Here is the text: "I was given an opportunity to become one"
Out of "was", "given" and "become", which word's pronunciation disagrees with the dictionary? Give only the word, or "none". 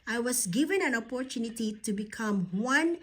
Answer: was